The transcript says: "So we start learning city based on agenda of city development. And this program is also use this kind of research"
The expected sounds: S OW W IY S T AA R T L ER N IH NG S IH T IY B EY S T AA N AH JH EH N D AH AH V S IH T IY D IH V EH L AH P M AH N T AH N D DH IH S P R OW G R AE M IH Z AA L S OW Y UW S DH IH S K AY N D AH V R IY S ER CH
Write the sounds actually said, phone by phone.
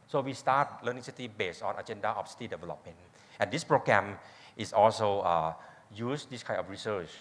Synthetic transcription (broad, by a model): S OW W IY S T AA T L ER N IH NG S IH T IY B EY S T AA N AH JH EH N D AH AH F S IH T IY D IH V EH L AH P M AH N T AH N D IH S P R OW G R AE M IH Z AA L S OW Y UW S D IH S K AY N AH F R IY S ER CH